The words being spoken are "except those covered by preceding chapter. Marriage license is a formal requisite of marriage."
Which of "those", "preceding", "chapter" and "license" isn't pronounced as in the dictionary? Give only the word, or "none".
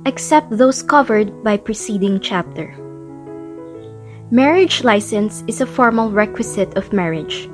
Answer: those